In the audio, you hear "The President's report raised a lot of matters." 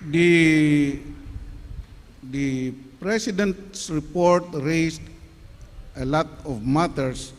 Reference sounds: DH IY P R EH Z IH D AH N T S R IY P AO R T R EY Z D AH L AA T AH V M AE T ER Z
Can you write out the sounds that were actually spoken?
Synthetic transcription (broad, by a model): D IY P R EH S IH D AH N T S R IY P AO R T R EY S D AH L AA T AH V M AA T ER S